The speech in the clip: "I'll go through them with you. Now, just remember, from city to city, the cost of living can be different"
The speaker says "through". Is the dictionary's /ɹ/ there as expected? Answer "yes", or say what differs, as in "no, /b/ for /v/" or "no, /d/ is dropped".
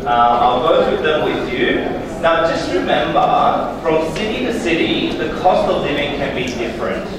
no, /w/ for /ɹ/